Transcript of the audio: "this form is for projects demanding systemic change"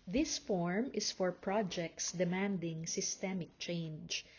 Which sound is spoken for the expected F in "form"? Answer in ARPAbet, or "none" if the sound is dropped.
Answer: F